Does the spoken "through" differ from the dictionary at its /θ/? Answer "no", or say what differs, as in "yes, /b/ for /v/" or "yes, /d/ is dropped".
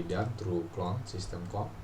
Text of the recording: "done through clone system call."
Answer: yes, /t/ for /θ/